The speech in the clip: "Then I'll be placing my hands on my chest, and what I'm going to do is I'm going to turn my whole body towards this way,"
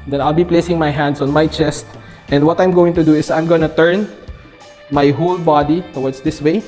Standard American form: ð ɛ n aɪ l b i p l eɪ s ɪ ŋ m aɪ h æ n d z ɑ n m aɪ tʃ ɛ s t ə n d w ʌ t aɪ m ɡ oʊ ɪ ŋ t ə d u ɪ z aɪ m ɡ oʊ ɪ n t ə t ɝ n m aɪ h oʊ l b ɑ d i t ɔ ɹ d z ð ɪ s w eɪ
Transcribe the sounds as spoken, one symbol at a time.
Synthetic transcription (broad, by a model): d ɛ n aɪ l b i p l eɪ s ɪ ŋ m aɪ h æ n d s ɑ n m aɪ tʃ ɛ s t ə n d w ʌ t aɪ m ɡ oʊ ɪ ŋ t ə d u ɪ s aɪ m ɡ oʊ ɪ n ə t ɝ n m aɪ h oʊ l b ɑ d i t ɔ w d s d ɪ s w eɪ